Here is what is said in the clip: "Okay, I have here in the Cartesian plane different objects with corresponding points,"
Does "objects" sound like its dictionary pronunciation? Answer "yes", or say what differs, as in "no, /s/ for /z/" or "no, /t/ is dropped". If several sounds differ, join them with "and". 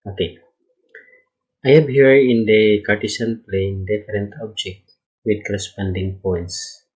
no, /s/ is dropped